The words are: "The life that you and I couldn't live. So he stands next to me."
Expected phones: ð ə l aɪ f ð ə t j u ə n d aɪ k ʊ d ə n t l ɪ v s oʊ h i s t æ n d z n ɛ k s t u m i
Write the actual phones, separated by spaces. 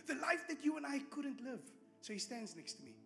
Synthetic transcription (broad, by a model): ð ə l aɪ f ð ə t j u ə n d aɪ k ʊ d ə n t l ɪ v s oʊ h i s t æ n d z n ɛ k s t u m i